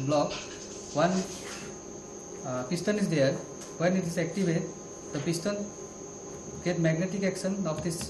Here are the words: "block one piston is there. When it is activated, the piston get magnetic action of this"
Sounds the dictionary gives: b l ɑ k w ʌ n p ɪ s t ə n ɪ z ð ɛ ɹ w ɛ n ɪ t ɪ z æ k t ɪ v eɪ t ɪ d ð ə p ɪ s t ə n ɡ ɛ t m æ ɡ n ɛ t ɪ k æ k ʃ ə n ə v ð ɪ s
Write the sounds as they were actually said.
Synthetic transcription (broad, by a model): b l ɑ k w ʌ n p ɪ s t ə n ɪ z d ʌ ɹ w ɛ n ɪ t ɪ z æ k t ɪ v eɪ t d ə p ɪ s t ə n ɡ ɛ t m æ ɡ n ɛ t ɪ k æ k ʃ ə n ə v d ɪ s